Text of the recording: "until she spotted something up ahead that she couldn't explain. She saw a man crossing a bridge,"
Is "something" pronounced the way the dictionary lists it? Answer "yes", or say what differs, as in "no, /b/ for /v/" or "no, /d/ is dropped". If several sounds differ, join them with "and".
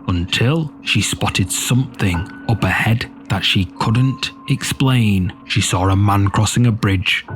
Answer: yes